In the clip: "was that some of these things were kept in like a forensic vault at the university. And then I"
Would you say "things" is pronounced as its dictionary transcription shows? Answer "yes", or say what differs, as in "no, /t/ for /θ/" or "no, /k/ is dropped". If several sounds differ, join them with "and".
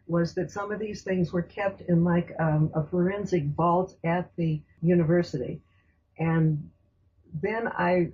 yes